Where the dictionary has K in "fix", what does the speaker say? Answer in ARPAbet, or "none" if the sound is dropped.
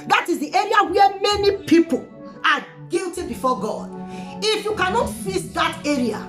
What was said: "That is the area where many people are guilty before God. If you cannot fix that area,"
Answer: none